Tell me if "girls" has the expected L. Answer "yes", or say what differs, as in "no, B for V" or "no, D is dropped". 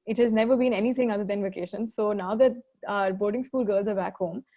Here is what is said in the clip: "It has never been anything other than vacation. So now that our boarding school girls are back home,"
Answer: yes